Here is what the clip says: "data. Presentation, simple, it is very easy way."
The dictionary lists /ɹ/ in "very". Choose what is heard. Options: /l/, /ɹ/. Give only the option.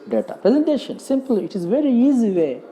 /ɹ/